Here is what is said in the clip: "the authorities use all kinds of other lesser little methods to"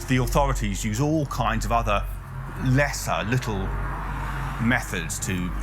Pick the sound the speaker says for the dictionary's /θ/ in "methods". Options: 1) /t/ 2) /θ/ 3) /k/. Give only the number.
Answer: 2